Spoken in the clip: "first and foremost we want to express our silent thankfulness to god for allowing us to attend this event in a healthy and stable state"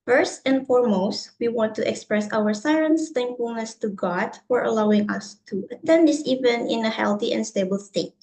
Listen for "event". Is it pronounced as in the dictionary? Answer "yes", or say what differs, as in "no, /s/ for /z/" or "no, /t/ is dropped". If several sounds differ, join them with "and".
no, /t/ is dropped